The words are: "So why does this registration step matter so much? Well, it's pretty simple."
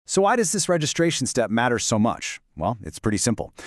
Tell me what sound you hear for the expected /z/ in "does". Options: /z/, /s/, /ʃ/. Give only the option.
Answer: /z/